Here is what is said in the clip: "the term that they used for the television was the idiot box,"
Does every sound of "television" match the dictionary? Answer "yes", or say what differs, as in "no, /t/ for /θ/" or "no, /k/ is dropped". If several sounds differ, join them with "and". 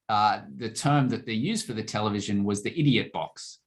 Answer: yes